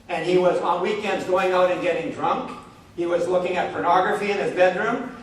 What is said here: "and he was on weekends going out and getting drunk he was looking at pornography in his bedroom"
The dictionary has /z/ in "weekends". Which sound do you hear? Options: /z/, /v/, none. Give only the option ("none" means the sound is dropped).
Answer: /z/